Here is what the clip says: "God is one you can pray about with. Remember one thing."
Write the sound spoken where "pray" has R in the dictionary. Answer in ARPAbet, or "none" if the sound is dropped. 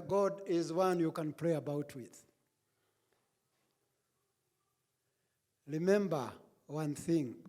L